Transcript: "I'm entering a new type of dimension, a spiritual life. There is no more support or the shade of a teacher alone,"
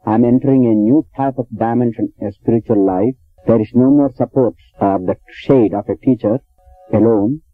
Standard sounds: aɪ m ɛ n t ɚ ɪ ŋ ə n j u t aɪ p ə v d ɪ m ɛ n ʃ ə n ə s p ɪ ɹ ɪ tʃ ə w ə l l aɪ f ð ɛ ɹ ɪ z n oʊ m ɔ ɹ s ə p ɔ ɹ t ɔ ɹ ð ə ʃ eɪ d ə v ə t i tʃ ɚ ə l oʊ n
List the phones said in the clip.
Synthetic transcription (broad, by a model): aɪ m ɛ n t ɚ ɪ ŋ ə n j u t aɪ p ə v d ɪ m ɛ n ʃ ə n ə s p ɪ ɹ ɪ tʃ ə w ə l l aɪ f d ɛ ɹ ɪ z n oʊ m ɔ ɹ s ə p ɔ ɹ t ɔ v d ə ʃ eɪ d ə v ə t i tʃ ɚ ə l oʊ n